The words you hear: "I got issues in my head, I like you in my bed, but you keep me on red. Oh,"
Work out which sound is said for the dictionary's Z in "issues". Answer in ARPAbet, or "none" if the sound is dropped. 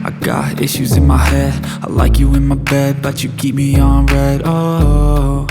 Z